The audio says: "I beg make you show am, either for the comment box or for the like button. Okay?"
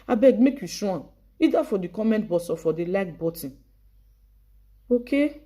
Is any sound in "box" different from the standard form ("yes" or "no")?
yes